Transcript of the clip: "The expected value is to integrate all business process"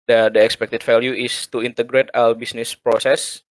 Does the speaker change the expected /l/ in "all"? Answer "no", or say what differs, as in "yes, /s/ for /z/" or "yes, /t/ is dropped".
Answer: yes, /w/ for /l/